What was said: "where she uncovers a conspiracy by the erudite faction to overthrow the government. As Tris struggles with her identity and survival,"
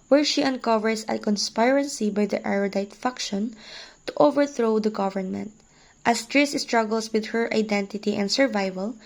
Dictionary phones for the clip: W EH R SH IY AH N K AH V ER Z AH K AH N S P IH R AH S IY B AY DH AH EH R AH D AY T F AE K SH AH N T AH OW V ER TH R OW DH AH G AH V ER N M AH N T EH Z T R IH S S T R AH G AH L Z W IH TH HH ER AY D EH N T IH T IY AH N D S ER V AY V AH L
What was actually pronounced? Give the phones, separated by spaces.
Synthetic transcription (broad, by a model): W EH R SH IY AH N K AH V ER S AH K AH N S P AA R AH S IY B AY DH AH EH R AH D AY T F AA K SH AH N T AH OW V ER TH R OW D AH G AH V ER N M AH N T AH S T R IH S S T R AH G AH L S W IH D HH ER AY D EH N T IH T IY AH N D S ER V AY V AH L